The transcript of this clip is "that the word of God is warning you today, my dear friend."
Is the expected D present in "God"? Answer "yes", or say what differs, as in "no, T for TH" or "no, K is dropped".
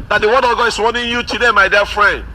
no, D is dropped